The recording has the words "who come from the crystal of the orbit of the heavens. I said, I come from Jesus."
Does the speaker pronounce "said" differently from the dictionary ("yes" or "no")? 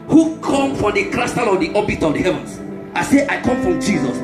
yes